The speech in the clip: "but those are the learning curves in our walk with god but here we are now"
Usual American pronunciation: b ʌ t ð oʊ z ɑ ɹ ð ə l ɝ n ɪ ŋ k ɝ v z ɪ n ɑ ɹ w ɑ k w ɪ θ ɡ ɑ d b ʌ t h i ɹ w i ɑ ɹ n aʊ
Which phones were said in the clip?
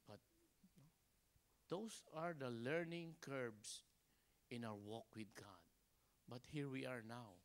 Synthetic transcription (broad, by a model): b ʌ t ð oʊ s ɑ ɹ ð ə l ɝ n ɪ ŋ k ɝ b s ɪ n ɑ w w ɑ k w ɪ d ɡ ɑ d b ʌ t h i ɹ w i ɑ ɹ n aʊ